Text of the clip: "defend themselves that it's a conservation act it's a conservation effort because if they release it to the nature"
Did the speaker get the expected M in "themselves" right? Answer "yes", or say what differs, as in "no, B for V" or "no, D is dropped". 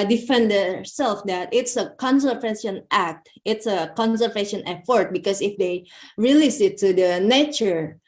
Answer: no, M is dropped